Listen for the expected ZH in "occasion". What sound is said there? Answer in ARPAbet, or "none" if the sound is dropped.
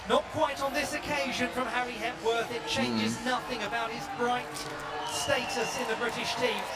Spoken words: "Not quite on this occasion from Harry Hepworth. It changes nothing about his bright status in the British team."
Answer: ZH